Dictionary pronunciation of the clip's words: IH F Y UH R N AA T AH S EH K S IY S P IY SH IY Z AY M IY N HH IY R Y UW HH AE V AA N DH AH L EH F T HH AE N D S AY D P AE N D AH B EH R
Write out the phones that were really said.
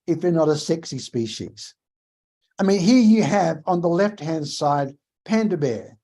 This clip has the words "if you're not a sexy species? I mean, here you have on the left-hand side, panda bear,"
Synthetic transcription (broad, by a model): IH F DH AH R N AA T AH S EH K S IY S P IY SH IY Z AY M IY N HH IY R Y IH V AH N DH AH L EH F T HH AE N D S AY D P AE N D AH B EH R